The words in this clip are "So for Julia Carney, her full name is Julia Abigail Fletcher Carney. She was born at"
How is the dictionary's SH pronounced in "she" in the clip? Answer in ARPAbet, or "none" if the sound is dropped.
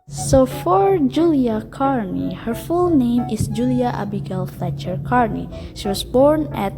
SH